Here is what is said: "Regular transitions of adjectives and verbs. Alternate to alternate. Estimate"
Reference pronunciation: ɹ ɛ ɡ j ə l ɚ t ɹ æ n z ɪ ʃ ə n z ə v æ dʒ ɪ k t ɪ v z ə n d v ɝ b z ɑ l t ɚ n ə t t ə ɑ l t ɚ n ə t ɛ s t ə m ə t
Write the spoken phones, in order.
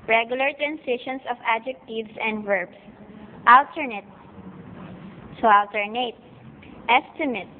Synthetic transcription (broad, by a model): ɹ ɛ ɡ j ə l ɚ t ɹ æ n s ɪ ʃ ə n s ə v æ dʒ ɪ k t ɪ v s ə n d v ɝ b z ɑ l t ɚ n ə t s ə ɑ l t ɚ n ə t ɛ s t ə m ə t